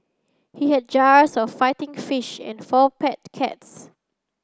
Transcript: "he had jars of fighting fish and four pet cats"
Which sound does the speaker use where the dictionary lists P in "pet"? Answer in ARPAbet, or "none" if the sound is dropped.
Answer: P